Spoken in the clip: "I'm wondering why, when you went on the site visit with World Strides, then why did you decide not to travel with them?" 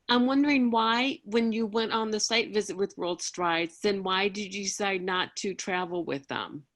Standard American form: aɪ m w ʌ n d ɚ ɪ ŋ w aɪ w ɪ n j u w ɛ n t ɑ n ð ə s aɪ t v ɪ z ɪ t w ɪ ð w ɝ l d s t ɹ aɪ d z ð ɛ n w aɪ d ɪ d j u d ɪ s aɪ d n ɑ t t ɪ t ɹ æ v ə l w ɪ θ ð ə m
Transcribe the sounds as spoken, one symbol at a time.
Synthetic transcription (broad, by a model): aɪ m w ʌ n d ɚ ɪ ŋ w aɪ w ɪ n j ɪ w ɛ n t n ð ə s aɪ t v ɪ z ɪ t w ɪ ð w ɝ l d s t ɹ aɪ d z ð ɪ n w aɪ d ɪ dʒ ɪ d ɪ s aɪ d n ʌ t t ɪ t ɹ æ v l w ɪ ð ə m